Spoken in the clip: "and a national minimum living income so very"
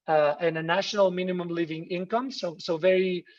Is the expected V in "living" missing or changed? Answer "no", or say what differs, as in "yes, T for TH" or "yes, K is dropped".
no